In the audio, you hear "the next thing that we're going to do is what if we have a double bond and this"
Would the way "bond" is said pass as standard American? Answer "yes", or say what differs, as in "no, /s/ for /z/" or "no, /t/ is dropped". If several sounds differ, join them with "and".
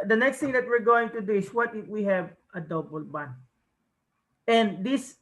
no, /d/ is dropped